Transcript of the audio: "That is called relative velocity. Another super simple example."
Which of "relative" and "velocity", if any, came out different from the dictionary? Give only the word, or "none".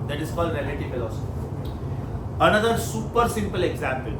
velocity